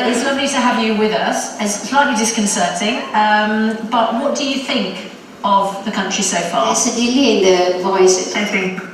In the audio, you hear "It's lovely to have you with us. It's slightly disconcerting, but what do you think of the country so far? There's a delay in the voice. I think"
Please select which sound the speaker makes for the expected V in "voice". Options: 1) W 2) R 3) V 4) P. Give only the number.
3